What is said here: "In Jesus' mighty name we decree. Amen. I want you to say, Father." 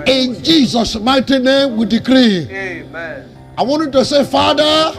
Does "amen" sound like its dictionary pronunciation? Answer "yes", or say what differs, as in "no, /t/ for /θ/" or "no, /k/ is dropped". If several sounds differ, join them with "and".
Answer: no, /m/ is dropped